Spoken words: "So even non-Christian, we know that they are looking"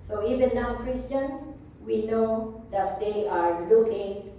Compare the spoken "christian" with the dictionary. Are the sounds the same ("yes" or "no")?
yes